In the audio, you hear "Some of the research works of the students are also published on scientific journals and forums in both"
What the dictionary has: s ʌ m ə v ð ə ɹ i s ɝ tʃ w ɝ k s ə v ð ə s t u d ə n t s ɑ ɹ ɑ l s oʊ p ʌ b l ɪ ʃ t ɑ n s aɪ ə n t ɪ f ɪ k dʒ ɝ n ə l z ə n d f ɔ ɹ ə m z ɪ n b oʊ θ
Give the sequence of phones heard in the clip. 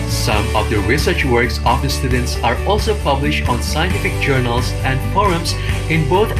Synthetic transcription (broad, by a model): s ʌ m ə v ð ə ɹ i s ɝ tʃ w ɝ k s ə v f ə s t u d ə n t s ɑ ɹ ɑ l s oʊ p ʌ b l ɪ ʃ t ɑ n s aɪ ə n t ɪ f ɪ k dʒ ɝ n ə l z ə n d f ɔ ɹ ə m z ɪ n b oʊ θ